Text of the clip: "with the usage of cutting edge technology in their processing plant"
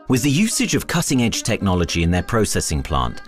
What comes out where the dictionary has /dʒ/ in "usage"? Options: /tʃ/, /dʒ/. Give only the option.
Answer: /dʒ/